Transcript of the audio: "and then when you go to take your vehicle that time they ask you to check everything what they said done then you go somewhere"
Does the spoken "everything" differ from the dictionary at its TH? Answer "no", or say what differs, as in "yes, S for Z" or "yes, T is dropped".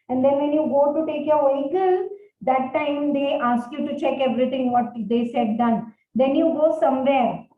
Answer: yes, T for TH